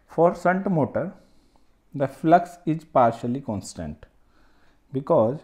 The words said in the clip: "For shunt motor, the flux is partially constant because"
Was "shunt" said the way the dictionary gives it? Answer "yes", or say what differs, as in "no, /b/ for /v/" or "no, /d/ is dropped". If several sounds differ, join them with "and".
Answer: no, /s/ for /ʃ/